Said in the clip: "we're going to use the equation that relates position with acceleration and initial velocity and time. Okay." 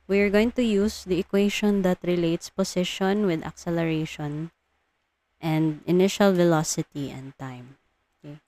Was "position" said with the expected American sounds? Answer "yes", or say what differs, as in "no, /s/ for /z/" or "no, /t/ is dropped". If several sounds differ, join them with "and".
no, /s/ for /z/